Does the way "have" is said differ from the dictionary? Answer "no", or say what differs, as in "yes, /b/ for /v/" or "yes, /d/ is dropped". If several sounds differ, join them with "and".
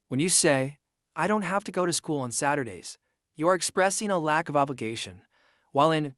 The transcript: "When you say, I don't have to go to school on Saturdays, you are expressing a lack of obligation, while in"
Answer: yes, /f/ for /v/